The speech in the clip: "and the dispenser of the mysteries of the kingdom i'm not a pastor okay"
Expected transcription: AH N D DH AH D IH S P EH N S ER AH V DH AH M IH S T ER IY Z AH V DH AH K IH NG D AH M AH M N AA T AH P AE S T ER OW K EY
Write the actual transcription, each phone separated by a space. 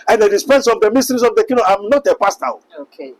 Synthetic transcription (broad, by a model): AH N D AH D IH S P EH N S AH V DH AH M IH S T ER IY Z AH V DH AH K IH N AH AH M N AA T AH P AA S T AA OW K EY